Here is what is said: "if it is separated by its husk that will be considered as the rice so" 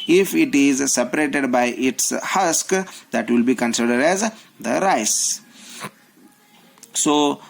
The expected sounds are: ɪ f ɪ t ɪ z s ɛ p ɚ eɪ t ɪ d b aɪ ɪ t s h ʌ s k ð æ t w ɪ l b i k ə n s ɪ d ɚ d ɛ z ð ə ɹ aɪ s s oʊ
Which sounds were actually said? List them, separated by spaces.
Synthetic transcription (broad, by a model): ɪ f ɪ t ɪ z s ɛ p ɚ eɪ t ɪ d b aɪ ɪ t s h ʌ s k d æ t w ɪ l b i k ə n s ɪ d ɚ d ɛ z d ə ɹ aɪ s s oʊ